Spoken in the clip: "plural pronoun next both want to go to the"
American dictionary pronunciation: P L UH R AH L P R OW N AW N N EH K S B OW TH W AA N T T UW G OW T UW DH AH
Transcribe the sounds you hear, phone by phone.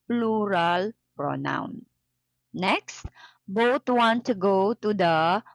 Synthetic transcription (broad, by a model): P L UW R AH L P R OW N AW N N EH K S B OW T W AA N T T UW G OW T UW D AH